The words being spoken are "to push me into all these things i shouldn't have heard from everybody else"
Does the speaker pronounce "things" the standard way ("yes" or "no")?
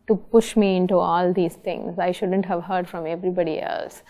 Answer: no